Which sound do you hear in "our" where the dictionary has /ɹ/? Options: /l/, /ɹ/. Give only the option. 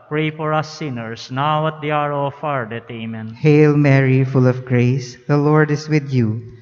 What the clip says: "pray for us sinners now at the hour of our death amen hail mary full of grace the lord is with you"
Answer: /ɹ/